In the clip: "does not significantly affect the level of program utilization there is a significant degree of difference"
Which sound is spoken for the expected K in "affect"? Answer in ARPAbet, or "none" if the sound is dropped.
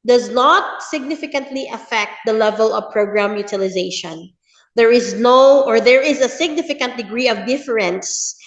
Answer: K